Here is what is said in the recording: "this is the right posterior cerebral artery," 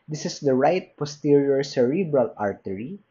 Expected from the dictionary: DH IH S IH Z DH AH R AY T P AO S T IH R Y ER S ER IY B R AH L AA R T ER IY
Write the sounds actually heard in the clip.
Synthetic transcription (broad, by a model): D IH S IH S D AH R AY T P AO S T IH R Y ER S ER IY B R AH L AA R T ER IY